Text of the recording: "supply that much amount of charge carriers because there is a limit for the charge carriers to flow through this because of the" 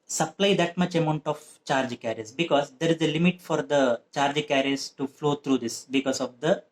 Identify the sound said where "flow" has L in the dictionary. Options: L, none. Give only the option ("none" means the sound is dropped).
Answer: L